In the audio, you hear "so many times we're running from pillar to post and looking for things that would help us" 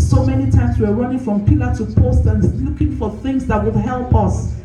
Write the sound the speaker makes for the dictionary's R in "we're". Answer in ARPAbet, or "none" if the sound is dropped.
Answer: W